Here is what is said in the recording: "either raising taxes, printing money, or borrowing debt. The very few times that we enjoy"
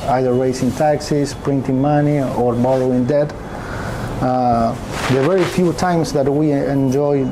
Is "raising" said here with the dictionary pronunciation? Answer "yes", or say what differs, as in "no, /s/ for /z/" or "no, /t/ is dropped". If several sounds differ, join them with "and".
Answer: no, /s/ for /z/